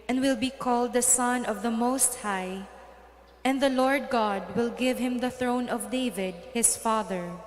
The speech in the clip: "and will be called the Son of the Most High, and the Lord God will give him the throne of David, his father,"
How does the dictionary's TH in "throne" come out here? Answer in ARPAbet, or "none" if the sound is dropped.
TH